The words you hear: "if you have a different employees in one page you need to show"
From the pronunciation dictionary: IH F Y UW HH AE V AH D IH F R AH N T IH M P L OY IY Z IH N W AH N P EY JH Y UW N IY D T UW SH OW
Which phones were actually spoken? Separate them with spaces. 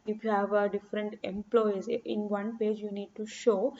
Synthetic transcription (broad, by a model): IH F Y UW HH AE V AH D IH F R AH N T IH M P L OY IY Z IH N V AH N P EY JH Y UW N IY D T UW SH OW